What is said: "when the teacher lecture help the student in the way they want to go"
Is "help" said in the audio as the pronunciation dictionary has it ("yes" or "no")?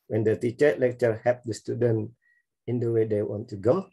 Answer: no